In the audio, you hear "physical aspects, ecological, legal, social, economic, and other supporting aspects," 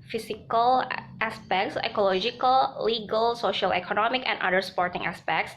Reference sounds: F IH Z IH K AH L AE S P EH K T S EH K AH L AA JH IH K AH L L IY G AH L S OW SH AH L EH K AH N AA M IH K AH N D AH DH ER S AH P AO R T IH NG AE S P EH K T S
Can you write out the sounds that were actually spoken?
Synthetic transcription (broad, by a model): F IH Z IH K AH L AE S P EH K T S EH K AH L AA JH IH K AH L L IY G AH L S OW SH AH L EH K AH N AA M IH K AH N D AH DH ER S P AO R T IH NG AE S P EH K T S